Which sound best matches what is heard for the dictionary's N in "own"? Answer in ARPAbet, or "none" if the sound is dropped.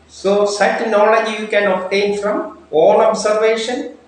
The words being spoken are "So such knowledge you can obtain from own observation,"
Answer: L